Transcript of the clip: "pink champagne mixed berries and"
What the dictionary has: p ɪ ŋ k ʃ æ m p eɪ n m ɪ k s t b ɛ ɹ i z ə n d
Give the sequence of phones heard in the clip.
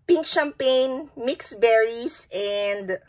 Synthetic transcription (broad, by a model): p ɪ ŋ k ʃ æ m p eɪ n m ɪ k s b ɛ ɹ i s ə n d